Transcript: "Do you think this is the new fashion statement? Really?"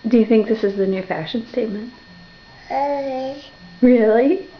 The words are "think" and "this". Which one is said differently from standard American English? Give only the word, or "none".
none